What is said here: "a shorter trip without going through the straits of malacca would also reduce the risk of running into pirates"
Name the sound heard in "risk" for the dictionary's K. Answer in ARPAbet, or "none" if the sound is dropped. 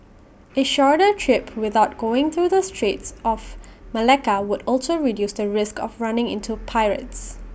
K